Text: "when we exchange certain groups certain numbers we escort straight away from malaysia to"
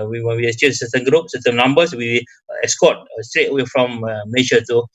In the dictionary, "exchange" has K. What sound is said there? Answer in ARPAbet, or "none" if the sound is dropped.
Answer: none